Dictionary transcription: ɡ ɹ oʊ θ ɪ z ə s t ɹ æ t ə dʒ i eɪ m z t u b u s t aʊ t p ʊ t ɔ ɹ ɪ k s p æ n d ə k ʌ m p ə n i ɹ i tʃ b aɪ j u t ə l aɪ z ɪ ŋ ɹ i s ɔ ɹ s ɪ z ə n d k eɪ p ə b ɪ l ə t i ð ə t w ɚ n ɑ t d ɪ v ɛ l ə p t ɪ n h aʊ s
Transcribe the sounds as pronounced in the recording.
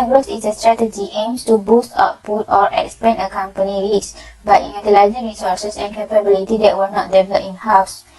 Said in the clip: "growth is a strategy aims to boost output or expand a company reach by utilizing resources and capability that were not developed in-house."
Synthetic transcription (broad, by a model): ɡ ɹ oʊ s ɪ s ə s t ɹ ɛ t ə dʒ i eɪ m s t u b u s t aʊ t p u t ɔ ɹ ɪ k s p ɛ n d ə k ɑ m p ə n i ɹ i s b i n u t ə l aɪ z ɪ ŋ ɹ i s ɔ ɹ s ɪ s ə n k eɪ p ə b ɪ l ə t i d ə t w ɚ n ɑ t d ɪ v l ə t ɪ n h aʊ s